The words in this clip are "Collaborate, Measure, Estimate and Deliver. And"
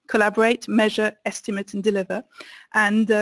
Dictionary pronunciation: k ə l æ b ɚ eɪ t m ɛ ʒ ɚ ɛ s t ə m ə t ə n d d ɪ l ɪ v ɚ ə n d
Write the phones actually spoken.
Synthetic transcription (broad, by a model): k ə l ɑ b ɚ eɪ t m ɛ ʒ ɚ ɛ s t ə m ə t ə n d d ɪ l ɪ v ɚ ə n